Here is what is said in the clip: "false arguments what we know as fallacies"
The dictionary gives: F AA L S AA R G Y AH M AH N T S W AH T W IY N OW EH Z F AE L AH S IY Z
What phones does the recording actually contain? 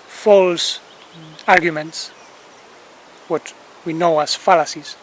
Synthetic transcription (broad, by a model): F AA L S AA R G Y AH M AH N T S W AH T W IY N OW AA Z F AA L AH S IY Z